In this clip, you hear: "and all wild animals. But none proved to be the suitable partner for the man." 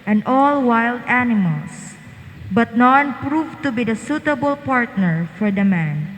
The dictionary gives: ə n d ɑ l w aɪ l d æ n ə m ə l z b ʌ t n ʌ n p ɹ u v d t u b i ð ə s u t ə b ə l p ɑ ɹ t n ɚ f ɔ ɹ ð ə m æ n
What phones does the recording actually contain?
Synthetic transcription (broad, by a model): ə n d ɑ l w aɪ l d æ n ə m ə l s b ʌ t n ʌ n p ɹ u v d t u b i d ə s u t ə b ə l p ɑ ɹ t n ɚ f ɔ ɹ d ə m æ n